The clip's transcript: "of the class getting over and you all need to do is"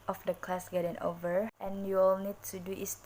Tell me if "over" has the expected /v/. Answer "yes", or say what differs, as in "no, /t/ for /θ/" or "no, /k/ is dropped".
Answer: yes